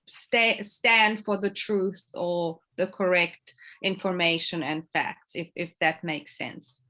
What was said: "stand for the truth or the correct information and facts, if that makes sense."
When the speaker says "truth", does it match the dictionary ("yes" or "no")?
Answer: yes